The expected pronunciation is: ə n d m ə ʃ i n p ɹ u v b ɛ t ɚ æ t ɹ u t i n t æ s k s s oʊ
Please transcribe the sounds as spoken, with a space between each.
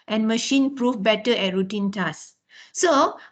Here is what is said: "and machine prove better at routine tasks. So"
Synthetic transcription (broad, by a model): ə n m ə ʃ i n p ɹ u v b ɛ t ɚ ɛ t ɹ u t i n t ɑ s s s oʊ